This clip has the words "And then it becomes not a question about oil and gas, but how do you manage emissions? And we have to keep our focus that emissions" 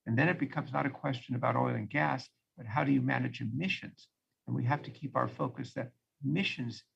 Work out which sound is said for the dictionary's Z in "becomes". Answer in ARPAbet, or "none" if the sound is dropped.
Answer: Z